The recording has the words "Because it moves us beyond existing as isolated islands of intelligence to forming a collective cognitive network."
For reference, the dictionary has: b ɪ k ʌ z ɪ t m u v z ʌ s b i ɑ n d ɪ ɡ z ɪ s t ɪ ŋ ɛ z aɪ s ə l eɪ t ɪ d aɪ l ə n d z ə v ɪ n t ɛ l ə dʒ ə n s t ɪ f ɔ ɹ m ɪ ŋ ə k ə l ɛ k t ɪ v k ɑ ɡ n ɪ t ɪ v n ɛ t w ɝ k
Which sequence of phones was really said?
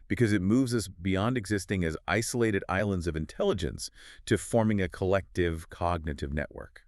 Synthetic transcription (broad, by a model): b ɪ k ʌ z ɪ t m u v z ʌ s b i ɑ n d ɪ ɡ z ɪ s t ɪ ŋ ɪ z aɪ s ə l eɪ t ɪ d aɪ l ə n d z ə v ɪ n t ɛ l ə dʒ ə n s t ɪ f ɔ ɹ m ɪ ŋ ə k ə l ɛ k t ɪ v k ɑ ɡ n ɪ t ɪ v n ɛ t w ɝ k